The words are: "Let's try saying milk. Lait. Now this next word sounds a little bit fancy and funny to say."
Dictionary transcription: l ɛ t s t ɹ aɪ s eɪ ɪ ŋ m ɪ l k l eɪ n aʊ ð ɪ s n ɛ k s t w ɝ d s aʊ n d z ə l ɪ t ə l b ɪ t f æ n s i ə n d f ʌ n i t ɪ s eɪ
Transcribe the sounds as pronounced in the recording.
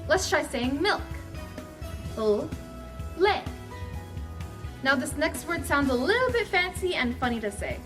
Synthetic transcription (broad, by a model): l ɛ t s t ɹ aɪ s eɪ ɪ ŋ m ɪ l k l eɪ n aʊ ð ɪ s n ɛ k s t w ɝ d s aʊ n d z ə l ɪ t l b ɪ t f æ n s i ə n f ʌ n i t ɪ s eɪ